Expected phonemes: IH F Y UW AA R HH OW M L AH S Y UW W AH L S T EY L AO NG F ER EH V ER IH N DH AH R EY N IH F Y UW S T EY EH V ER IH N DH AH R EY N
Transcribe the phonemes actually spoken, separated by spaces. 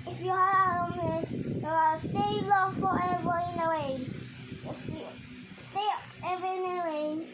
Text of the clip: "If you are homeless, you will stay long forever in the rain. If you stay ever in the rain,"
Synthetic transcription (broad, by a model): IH F Y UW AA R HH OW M AH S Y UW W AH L S T EY L AO NG F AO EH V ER IH N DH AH W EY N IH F Y UW S T EY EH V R IH N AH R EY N